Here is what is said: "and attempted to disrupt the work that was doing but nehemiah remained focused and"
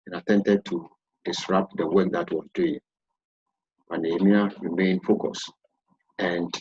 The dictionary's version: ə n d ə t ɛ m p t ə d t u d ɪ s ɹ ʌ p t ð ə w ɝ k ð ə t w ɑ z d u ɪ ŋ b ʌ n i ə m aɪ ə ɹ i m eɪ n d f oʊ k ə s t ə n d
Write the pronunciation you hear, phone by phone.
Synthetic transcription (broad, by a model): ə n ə t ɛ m t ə d t u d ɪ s ɹ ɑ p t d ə w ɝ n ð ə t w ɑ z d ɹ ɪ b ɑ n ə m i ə ɹ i m eɪ n f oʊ k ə s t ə n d